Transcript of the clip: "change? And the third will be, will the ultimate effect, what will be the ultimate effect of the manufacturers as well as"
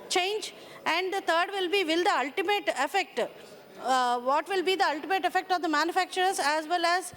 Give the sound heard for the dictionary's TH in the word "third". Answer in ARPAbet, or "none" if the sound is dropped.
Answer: T